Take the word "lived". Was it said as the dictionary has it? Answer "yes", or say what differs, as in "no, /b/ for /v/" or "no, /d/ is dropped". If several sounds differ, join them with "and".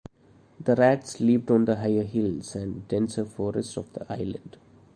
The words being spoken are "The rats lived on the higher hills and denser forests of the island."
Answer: no, /p/ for /v/